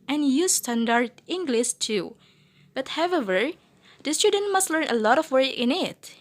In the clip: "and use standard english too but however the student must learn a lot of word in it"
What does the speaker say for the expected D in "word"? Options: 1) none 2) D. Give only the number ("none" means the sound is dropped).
1